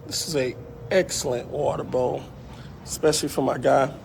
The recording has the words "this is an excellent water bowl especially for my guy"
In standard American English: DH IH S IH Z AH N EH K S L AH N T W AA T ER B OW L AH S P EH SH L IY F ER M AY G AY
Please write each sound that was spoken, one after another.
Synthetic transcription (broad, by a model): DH IH S IH Z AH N EH K S L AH N T W AA T ER B OW AH S P EH SH L IY F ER M AY G AY